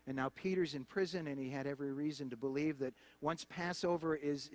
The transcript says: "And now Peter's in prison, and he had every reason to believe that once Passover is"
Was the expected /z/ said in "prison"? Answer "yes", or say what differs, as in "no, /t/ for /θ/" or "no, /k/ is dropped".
yes